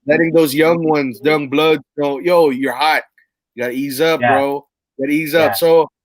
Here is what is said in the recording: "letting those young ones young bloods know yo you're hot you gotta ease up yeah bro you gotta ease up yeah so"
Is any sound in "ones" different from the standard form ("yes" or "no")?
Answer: no